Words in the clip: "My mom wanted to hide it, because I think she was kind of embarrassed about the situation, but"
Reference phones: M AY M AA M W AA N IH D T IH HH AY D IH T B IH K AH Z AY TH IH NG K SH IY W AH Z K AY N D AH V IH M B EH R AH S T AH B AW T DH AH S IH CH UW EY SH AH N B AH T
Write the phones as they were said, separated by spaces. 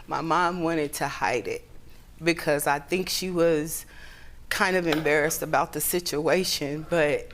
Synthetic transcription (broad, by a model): M AY M AA M W AA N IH D T IH HH AY D IH T B IH K AH Z AY TH IH NG K SH IY W AH Z K AY N D AH V IH M B EH R AH S T AH B AW T DH AH S IH CH UW EY SH AH N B AH T